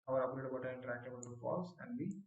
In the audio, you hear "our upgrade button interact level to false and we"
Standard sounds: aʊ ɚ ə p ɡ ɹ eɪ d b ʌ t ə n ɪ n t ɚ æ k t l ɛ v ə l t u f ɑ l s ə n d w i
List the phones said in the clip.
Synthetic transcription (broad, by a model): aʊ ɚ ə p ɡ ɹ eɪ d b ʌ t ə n ɪ n t ɚ æ k t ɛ b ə l t u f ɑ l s ə n d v i